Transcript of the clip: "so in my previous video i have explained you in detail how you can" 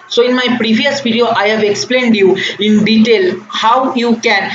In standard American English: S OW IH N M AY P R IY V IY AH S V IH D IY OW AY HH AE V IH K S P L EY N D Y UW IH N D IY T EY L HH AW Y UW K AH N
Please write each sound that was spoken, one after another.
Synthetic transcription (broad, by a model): S OW IH N M AY P R IY V IY AH S P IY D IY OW AY HH AE V IH K S P L EY N D Y UW IH N D IY T EY L HH AW Y UW K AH N